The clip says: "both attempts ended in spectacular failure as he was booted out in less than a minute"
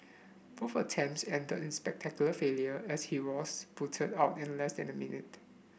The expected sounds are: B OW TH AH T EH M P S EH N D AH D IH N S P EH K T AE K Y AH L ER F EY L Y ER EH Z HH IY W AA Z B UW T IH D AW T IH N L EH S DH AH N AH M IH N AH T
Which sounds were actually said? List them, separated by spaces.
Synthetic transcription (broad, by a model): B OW F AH T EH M S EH N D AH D IH N S P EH K T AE K Y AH L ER F EY L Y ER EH S HH IY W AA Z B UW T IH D AW T IH N L EH S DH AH N AH M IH N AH T